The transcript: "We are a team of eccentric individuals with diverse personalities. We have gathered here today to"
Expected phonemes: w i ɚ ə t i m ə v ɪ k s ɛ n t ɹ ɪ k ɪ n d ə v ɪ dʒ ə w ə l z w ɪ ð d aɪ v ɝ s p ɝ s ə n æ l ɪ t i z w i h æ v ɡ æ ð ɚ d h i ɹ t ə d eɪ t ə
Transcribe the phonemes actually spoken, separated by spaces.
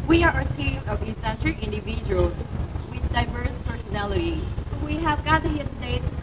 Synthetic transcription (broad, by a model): w i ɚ ə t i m ə v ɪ s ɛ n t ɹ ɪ ɪ n d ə v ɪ dʒ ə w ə l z w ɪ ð d aɪ v ɝ s p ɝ s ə n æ l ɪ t i w i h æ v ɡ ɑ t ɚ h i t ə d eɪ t